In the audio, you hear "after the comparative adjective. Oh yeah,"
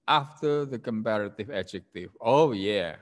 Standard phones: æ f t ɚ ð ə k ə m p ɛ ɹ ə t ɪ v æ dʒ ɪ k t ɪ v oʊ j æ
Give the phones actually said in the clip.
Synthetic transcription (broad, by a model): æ f t ɚ ð ə k ə m p ɛ ɹ ə t ɪ v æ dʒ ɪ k t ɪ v oʊ j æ